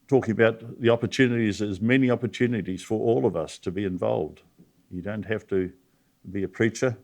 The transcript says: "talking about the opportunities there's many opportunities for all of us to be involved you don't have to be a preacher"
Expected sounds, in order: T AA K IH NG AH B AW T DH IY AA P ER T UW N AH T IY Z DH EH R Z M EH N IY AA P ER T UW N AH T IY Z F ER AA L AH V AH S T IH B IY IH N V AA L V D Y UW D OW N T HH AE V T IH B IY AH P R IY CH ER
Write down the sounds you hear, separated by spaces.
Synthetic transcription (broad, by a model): T AA K IH NG AH B AW T DH IY AA P ER T UW N AH T IY Z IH Z M EH N IY AA P ER T UW N AH T IY Z F ER AA L AH V AH S T IH B IY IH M V AA L V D Y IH D OW N T HH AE F T IH B IY AH P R IY CH ER